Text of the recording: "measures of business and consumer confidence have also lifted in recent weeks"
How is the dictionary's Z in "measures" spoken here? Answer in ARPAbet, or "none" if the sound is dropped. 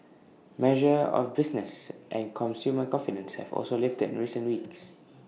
none